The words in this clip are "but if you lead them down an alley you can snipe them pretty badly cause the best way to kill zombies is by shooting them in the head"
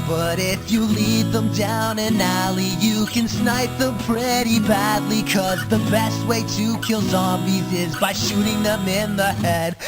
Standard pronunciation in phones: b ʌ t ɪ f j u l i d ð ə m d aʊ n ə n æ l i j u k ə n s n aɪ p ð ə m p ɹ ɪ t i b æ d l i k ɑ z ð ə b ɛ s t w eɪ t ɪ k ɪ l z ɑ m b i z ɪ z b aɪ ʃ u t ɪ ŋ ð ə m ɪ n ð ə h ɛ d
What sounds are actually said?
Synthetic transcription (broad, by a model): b ʌ t ɪ f j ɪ l i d ð ə m d aʊ n ə n æ l i j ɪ k ə n s n aɪ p ð ə m p ɹ ɪ t i b æ d l i k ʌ z ð ə b ɛ s t w eɪ t ɪ k ɪ l z ɑ m b i z ɪ z b aɪ ʃ u t ɪ ŋ ð ə m ɪ n ð ə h ɛ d